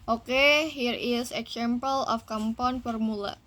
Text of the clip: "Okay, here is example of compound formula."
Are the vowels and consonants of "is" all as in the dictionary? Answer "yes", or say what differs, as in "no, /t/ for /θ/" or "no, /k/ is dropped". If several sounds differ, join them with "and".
no, /s/ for /z/